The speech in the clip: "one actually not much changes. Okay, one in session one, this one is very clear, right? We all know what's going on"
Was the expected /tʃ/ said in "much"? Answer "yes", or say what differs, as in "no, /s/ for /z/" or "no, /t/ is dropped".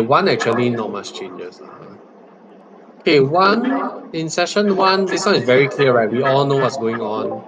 no, /s/ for /tʃ/